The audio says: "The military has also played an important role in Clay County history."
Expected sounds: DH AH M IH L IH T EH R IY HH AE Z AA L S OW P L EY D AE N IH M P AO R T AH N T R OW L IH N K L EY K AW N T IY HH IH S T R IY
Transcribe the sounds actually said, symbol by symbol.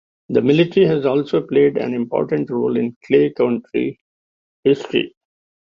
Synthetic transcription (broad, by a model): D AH M IH L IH T R IY HH AE Z AA L S OW P L EY D AE N IH M P AO R T AH N T R OW L IH N K L EY K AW N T IY HH IH S T R IY